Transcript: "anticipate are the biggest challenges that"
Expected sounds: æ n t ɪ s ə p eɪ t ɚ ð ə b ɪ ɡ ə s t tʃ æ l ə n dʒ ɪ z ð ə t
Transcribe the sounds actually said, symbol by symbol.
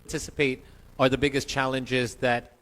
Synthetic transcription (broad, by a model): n t ɪ s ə p eɪ t ɚ ð ə b ɪ ɡ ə s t tʃ æ l ə n dʒ ɪ z ð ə t